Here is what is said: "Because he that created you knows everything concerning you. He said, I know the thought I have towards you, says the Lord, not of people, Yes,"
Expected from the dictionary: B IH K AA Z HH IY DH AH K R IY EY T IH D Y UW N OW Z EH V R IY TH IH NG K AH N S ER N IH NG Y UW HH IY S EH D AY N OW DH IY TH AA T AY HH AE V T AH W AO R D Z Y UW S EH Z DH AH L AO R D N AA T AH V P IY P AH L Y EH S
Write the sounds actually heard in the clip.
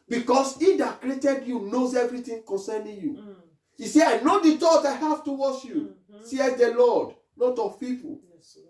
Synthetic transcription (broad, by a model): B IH K AA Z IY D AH K R IY EY T IH D Y UW N OW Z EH V R IY T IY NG K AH N S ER N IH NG Y UW IY S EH AY N OW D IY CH AA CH AY HH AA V T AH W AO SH Y UW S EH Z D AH L AO D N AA T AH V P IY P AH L